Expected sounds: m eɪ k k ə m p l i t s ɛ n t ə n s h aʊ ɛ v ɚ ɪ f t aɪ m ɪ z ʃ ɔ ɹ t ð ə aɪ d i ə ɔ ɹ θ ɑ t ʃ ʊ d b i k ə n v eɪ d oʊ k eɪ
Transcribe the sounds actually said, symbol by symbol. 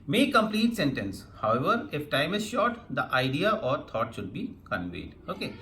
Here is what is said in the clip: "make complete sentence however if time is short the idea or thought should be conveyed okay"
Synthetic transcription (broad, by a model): m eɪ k k ə m p l i t s ɛ n t ə n s h aʊ ɛ v ɚ ɪ f t aɪ m ɪ z ʃ ɔ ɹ t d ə aɪ d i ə ɔ ɹ t ɑ t ʃ ʊ d b i k ə n v eɪ d oʊ k eɪ